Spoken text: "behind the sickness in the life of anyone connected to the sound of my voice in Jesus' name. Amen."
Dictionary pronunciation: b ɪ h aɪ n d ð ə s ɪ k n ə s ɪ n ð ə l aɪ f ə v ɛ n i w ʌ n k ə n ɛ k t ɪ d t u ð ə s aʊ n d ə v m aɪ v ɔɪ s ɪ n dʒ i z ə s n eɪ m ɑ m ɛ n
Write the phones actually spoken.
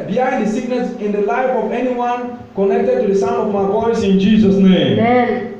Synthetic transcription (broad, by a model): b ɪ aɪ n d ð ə s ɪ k n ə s ɪ n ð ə l aɪ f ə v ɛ n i w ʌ n k ə n ɛ k t ɪ d t u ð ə s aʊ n ə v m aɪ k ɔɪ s ɪ n dʒ i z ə s n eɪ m m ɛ